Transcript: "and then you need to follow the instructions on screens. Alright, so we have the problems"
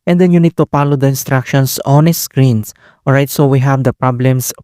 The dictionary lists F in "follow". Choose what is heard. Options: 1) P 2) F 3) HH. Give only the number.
1